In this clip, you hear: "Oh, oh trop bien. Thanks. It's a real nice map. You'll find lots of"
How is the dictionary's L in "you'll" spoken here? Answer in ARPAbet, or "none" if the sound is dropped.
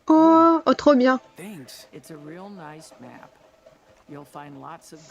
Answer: L